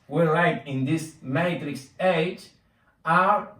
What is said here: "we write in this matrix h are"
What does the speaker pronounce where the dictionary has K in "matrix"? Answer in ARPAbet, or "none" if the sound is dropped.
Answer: K